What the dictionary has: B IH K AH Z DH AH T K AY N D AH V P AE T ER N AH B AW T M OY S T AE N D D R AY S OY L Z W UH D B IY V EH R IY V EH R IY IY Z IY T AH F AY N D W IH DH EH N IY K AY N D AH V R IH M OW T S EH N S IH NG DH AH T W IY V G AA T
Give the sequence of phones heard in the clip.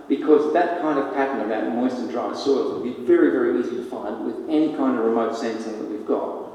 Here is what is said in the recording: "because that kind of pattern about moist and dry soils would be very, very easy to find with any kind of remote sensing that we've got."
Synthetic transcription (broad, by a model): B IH K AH Z DH AH T K AY N D AH V P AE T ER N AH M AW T M OY S T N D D R AY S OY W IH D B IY V EH R IY V EH R IY IY Z IY T AH F AY N D W IH DH EH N IY K AY N D AH V R IH M OW T S EH N S IH NG DH AH T W IY V G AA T